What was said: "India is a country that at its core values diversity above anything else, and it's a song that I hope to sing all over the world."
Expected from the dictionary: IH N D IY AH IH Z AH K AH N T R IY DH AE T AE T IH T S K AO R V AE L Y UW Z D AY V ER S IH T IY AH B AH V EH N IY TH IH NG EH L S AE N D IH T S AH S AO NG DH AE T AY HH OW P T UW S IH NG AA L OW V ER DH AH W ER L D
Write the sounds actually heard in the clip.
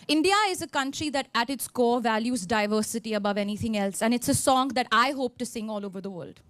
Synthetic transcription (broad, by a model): IH N D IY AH IH Z AH K AH N T R IY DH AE T AE T IH T S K AO V AE L Y UW Z D AY V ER S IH T IY AH B AH V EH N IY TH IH NG EH L S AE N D IH T S AH S AO NG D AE T AY HH OW P T UW S IH NG AA L OW V ER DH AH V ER L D